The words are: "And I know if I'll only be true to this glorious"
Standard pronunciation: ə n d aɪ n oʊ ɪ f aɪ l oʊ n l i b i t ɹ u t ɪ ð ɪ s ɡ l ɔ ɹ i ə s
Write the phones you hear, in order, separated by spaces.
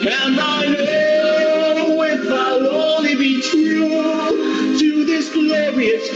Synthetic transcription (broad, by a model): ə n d aɪ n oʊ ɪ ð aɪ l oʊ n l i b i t u t ɪ ð ɪ s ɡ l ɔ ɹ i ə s